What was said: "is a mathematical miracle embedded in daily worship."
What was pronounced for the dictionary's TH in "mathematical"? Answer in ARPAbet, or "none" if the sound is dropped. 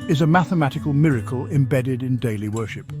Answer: TH